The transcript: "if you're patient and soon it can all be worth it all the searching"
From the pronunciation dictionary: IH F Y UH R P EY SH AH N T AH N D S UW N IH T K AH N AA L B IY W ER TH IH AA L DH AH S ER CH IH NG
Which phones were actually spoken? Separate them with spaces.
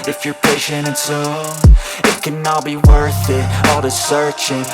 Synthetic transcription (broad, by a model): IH F Y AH R P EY SH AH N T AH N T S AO IH T K AH N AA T B IY W ER TH IH AA L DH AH S ER CH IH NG